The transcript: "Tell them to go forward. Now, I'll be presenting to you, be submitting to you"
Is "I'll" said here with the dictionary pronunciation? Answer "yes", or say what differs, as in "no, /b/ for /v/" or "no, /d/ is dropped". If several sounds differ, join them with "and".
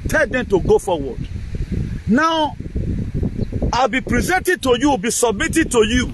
yes